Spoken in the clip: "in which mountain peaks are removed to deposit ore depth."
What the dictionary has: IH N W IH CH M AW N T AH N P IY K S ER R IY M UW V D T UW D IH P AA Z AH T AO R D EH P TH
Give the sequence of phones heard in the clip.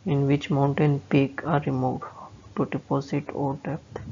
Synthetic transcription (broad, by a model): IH N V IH CH M AW N T AH N P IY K AA R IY M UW D T UW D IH P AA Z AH T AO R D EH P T